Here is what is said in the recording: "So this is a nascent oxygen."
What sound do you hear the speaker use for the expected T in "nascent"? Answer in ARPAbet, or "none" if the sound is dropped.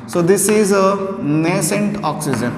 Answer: T